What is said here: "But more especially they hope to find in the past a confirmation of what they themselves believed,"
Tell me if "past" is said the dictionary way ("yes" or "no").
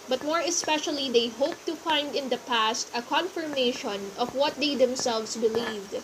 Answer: yes